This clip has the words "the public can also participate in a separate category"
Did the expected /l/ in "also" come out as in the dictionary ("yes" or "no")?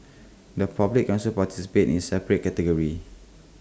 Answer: no